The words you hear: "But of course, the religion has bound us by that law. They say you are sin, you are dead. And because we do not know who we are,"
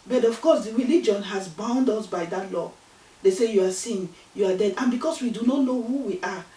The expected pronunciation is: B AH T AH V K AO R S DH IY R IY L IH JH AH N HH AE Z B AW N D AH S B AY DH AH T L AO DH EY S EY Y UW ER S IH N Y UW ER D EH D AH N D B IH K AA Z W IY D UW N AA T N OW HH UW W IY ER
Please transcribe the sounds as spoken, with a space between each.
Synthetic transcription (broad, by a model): B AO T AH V K AO S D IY R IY L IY JH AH N HH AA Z B AW N D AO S B AY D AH T L AO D EY S EY Y UW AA S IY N Y UW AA D EH D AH N B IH K AA S W IY D UW N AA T N OW HH UW W IY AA